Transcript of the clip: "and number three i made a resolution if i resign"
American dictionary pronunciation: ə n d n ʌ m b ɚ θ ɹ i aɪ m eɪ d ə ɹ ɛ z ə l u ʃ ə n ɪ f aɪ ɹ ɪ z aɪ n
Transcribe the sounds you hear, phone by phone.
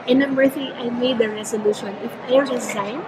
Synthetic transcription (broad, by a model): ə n n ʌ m ɚ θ i aɪ m eɪ d ə ɹ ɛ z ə l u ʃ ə n ɪ f aɪ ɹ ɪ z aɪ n